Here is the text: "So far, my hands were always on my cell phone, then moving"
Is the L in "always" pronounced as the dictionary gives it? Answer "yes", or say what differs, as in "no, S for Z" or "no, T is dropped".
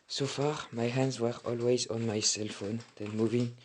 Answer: yes